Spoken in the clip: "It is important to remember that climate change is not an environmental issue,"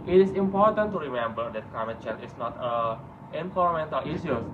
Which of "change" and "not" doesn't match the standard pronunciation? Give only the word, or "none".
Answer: change